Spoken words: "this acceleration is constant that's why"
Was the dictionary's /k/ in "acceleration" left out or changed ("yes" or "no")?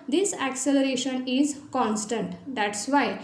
no